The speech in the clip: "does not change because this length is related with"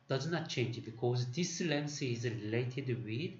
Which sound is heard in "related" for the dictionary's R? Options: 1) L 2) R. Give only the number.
2